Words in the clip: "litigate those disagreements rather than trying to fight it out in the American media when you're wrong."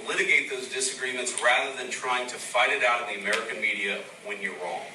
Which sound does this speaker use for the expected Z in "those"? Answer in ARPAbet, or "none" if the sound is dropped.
Z